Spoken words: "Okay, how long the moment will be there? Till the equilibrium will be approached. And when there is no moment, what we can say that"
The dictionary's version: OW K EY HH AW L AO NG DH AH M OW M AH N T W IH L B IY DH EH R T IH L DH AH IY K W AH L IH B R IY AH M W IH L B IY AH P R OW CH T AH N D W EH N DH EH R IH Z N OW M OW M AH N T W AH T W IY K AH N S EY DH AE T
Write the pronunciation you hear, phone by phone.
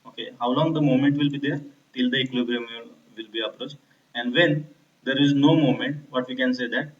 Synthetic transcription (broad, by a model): OW K EY HH AW L AO NG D AH M OW M AH N T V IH L B IY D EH R T IH L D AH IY K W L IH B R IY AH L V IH L B IY AH P R OW CH T AH N D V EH N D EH R IH Z N OW M OW M AH N T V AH T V IY K AH N S EY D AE T